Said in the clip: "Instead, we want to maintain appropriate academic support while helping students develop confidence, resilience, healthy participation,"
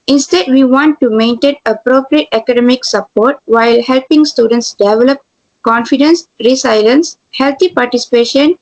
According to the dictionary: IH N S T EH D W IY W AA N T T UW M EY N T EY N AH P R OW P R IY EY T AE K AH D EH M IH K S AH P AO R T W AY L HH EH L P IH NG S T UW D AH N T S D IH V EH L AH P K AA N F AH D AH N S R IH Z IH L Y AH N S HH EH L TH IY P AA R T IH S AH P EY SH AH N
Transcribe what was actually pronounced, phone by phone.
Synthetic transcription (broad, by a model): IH N S T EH D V IY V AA N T T UW M EY N T EY N AH P R OW P R IY EY T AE K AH D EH M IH K S AH P AO R T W AY L HH EH L P IH NG S T UW D AH N T S D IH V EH L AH P K AA N F AH D AH N S R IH S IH L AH N S HH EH L T IY P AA R T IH S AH P EY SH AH N